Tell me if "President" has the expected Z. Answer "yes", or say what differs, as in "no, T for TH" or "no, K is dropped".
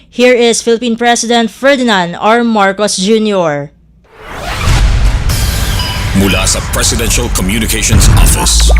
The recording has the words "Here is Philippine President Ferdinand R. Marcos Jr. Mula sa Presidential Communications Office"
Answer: no, S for Z